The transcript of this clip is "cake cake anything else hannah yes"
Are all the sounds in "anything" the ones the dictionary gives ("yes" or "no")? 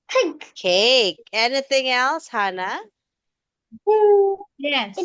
yes